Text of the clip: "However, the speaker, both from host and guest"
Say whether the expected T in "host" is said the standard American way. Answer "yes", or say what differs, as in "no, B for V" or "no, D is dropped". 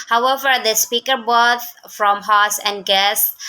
no, T is dropped